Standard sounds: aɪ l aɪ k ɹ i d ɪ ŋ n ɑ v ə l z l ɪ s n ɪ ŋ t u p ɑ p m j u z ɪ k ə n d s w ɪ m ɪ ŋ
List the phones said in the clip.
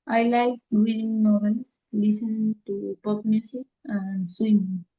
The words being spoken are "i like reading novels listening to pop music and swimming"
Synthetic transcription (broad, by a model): aɪ l aɪ k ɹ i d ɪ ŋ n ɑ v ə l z l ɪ s ɪ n t u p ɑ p m j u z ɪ k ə n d s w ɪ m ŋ